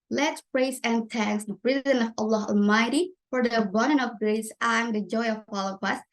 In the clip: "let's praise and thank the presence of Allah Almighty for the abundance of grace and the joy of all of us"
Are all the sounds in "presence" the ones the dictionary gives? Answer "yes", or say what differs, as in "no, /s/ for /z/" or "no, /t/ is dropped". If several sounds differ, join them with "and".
no, /s/ is dropped